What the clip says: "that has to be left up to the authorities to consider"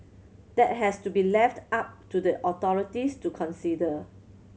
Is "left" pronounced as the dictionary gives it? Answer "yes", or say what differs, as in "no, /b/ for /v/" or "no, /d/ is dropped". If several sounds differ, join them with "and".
yes